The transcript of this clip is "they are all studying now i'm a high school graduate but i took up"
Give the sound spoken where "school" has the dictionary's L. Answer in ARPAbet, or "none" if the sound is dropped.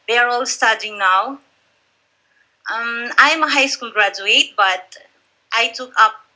N